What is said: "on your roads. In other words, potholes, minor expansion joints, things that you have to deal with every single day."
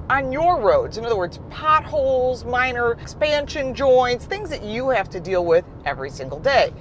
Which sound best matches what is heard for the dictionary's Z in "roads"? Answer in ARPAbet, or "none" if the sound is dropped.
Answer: Z